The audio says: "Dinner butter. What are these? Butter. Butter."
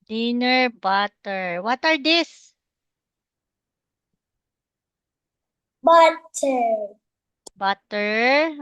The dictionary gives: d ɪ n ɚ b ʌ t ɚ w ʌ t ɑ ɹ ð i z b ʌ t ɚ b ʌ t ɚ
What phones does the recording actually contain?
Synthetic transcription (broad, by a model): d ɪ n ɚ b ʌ t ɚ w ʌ t ɑ ɹ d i s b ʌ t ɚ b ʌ t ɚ